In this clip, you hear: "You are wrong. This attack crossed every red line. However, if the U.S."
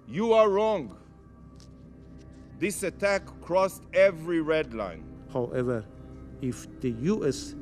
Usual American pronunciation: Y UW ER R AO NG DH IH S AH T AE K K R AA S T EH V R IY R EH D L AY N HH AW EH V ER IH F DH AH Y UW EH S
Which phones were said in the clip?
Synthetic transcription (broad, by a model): Y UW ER R AO NG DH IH S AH T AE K K R AA S T EH V R IY R EH D L AY N HH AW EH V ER IH F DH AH Y UW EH S